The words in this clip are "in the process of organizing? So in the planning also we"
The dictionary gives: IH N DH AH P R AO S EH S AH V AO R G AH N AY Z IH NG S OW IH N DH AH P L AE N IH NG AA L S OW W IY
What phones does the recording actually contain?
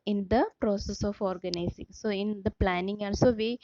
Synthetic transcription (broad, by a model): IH N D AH P R AO S EH S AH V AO R G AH N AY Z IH NG S OW IH N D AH P L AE N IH NG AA N S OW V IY